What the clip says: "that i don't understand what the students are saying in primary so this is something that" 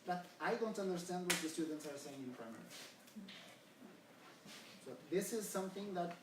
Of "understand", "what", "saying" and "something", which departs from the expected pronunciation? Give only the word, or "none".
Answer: none